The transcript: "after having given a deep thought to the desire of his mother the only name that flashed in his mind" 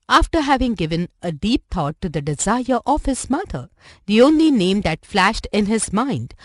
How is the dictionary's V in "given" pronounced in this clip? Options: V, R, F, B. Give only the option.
V